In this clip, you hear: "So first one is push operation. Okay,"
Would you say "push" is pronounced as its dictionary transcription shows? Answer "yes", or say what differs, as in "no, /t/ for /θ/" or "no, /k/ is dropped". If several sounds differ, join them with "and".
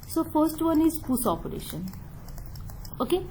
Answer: no, /s/ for /ʃ/